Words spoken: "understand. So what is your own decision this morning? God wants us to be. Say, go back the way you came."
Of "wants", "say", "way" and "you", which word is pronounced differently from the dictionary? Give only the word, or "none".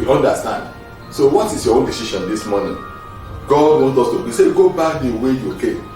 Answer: wants